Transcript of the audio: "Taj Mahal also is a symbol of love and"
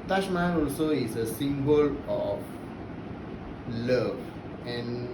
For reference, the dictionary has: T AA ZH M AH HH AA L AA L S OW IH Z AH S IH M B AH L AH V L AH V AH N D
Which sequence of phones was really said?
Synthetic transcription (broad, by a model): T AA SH M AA N AA L S OW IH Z AH S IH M B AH L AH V L AH V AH N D